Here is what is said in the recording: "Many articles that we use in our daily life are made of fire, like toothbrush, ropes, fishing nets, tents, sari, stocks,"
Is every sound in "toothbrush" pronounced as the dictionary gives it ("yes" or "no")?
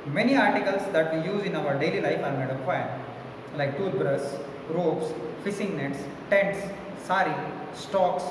no